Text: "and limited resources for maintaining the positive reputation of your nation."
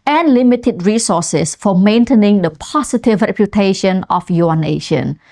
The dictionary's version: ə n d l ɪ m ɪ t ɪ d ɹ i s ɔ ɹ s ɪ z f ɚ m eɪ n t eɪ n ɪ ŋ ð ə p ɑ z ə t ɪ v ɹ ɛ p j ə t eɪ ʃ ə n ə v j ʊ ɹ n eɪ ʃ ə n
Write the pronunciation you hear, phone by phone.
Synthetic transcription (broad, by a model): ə n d l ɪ m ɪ t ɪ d ɹ i s ɔ s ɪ s f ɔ m eɪ n t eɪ n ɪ ŋ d ə p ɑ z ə t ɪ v ɹ ɛ p j ə t eɪ ʃ ə n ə f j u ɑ n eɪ ʃ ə n